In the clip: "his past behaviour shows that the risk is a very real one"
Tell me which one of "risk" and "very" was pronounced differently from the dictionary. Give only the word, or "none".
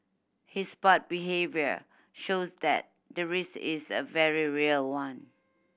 risk